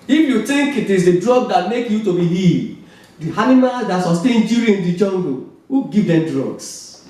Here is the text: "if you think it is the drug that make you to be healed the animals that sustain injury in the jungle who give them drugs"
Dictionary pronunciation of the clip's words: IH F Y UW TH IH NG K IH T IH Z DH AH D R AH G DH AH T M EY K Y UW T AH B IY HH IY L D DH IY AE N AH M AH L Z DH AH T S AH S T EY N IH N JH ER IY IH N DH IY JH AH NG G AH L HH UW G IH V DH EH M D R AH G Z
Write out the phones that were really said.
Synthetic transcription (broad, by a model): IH F Y UW T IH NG K IH T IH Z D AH D R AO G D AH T M EY K Y UW T AH B IY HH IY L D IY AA N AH M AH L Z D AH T S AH S T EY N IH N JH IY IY IH N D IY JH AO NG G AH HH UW G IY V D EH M D R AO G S